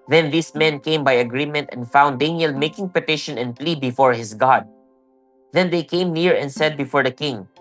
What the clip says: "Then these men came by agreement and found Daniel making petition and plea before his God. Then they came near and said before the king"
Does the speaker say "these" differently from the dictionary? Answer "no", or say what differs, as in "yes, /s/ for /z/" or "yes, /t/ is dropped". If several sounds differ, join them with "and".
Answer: yes, /s/ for /z/